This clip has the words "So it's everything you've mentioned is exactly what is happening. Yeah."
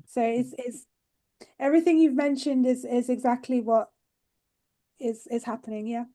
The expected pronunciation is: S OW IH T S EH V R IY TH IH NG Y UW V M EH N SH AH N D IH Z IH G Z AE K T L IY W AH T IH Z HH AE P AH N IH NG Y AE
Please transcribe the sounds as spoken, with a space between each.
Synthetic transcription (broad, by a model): S OW IH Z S EH V R IY TH IH NG Y UW V M EH N SH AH N D IH Z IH G Z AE K T L IY W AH T IH Z HH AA P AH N IH NG Y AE